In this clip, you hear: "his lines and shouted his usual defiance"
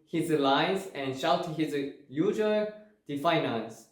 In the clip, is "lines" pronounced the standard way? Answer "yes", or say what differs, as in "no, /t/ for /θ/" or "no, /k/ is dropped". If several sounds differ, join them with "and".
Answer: no, /n/ is dropped